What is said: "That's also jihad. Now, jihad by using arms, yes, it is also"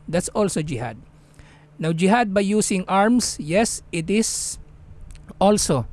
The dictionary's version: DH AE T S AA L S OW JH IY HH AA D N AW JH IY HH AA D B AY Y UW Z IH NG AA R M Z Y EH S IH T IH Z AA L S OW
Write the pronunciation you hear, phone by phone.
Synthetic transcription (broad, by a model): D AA T S AA L S OW JH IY HH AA D N AW JH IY HH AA D B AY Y UW S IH NG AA R M S Y EH S IH T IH S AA L S OW